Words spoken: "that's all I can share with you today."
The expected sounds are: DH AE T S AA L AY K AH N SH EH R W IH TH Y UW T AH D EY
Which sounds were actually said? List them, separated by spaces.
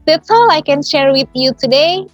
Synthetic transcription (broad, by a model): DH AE T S AA L AY K AH N SH EH R W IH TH Y UW T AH D EY